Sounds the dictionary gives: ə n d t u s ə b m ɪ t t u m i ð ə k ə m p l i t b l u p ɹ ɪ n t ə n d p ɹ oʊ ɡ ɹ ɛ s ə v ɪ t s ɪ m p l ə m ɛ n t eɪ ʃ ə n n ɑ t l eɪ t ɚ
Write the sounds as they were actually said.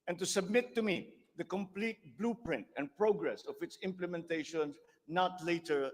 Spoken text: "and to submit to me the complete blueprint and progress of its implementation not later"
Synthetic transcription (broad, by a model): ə n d t u s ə b m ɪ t t u m i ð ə k ə m p l i t b l u p ɹ ɪ n t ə n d p ɹ oʊ ɡ ɹ ɛ s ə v ɪ t s ɪ m p l ə m ɛ n t eɪ ʃ ə n n ɑ t l eɪ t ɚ